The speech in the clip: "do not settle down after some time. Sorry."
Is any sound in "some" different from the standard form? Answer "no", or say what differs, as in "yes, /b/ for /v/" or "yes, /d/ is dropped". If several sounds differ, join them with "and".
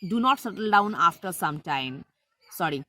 no